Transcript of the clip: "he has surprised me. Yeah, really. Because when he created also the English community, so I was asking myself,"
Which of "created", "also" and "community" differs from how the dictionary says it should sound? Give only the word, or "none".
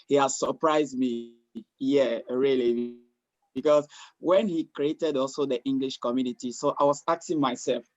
none